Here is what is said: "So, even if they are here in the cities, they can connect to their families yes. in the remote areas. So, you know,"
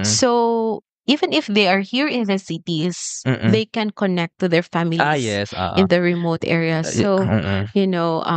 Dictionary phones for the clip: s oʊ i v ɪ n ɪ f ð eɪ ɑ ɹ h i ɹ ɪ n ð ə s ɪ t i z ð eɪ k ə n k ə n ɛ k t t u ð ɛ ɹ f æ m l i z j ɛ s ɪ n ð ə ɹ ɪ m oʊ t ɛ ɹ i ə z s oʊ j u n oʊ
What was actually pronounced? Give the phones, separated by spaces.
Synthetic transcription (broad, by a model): s oʊ i v ɪ n ɪ f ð eɪ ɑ ɹ h i ɹ ɪ n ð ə s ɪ t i s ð eɪ k ə n k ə n ɛ k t t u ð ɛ ɹ f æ m i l j ɛ s ɪ n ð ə ɹ ɪ m oʊ t ɛ ɹ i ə s oʊ j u n oʊ